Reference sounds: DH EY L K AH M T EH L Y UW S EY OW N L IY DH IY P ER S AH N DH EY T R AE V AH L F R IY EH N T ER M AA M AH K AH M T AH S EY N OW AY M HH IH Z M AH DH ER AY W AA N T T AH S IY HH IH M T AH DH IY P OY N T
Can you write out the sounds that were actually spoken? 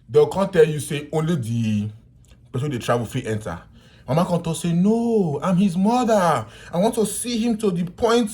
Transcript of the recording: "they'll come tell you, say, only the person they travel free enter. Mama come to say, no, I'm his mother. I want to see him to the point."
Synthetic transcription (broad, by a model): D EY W K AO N T EH L Y UW S EY OW N L IY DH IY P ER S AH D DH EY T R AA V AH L F IY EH N T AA M AA M AH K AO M T AH S EY N OW AY M HH IH Z M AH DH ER AY W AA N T T AH S IY HH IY M T AH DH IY P OY N T